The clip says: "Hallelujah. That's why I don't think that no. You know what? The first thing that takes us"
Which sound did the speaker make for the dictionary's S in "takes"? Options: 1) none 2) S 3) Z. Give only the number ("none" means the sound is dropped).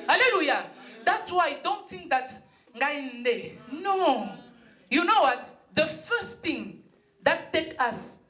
1